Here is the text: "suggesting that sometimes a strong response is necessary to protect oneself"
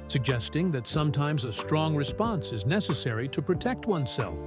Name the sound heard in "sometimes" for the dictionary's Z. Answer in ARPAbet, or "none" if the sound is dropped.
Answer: Z